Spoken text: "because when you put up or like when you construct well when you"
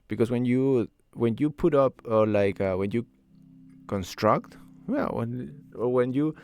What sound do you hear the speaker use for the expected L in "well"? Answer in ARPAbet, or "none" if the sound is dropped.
N